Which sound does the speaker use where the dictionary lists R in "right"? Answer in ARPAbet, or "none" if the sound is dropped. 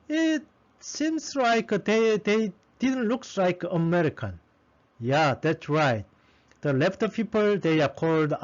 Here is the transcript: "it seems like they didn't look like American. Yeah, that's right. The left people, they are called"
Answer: R